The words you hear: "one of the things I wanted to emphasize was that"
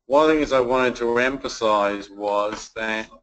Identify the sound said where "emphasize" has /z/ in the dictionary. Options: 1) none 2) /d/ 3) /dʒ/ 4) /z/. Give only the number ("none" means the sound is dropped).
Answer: 4